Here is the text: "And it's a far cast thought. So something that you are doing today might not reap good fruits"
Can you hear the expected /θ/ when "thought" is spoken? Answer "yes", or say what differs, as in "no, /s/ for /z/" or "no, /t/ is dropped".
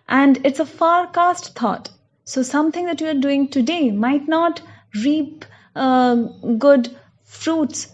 no, /t/ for /θ/